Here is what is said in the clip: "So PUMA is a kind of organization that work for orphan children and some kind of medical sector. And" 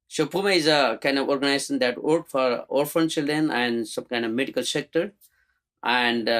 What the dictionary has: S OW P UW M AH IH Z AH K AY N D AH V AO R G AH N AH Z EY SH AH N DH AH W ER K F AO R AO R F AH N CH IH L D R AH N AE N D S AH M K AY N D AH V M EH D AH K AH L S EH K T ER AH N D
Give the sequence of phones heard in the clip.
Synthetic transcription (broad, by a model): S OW P UW M AH IH Z AH K AY N D AH V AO R G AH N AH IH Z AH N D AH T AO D F AO R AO R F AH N CH IH L D R AH N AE N D S AH M K AY N D AH V M EH D AH K AH L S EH K T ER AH N D